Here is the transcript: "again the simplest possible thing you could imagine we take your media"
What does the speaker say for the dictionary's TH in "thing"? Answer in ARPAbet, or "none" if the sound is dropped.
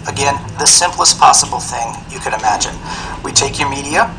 TH